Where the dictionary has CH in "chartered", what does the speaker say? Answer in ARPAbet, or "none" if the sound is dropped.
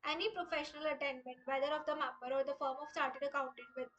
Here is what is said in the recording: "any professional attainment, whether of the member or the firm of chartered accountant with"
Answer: S